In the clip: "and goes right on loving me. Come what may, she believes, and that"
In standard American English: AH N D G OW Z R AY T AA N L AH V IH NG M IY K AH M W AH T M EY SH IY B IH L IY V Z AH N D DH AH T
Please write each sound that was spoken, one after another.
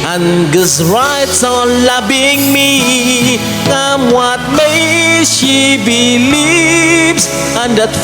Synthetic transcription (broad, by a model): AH N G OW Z R AY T AA N L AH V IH NG M IY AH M W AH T M EY SH IY B IH L IY V Z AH N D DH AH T